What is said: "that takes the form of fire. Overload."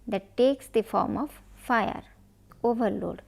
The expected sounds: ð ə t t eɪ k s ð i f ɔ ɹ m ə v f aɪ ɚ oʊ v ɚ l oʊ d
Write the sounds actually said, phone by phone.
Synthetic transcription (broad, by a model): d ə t t eɪ k s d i f ɔ ɹ m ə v f aɪ ɚ oʊ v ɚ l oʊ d